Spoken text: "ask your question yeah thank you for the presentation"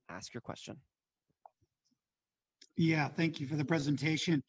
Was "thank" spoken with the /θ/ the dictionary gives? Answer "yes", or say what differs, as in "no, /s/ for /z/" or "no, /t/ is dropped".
yes